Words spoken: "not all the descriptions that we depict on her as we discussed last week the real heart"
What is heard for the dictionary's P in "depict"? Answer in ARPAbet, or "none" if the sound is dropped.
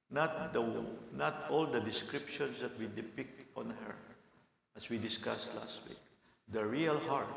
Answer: P